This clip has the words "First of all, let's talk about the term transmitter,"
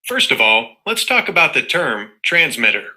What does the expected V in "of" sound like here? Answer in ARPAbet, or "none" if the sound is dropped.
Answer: V